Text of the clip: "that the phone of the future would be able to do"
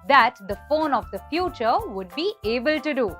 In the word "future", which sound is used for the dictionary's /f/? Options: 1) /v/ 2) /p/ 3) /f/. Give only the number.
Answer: 3